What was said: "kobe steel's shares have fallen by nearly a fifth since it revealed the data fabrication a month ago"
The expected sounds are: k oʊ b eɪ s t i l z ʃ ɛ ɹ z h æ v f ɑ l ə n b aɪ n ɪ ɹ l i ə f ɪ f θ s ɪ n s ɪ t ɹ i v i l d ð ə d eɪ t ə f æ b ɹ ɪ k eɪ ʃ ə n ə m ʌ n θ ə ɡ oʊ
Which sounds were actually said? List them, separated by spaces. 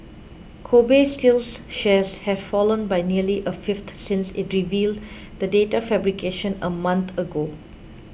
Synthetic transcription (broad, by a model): k oʊ b eɪ s t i l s ʃ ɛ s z h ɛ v f ɑ l ə n b aɪ n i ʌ l i ə f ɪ f t s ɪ n s ɪ t ɹ i v i l d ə d eɪ t ə f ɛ b ɹ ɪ k eɪ ʃ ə n ə m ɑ n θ ə ɡ oʊ